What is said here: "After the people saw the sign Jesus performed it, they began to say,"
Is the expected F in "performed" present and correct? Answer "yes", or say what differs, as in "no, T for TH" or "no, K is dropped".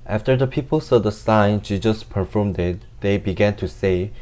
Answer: yes